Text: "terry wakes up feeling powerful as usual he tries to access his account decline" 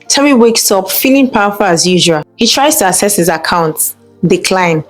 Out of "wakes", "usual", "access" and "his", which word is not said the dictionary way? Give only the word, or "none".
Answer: access